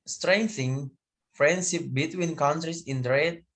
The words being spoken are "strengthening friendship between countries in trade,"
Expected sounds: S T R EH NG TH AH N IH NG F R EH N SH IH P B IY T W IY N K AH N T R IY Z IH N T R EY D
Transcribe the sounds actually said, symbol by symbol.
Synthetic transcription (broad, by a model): S T R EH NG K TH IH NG F R EH N SH IH P B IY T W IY N K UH N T R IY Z IH N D R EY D